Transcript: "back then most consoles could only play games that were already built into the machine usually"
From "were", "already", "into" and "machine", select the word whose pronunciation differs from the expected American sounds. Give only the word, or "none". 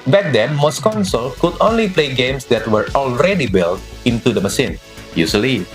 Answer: machine